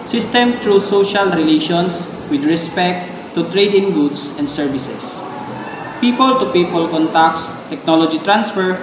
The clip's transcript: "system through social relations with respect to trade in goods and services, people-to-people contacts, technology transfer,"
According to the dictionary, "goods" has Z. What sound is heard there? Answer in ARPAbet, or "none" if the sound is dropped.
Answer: S